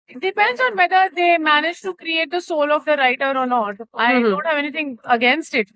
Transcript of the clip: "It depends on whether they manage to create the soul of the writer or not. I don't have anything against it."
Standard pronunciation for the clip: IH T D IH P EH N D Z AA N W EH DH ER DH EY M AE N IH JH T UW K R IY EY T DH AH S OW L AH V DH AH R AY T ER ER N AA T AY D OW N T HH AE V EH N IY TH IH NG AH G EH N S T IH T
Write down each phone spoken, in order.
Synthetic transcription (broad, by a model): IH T D IH P EH N D Z AA N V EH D ER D EY M AE N IH JH T UW K R IY EY T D AH S OW L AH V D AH R AY T ER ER N AA T AY D OW N T HH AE V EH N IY T IH NG AH G EH N S T IH T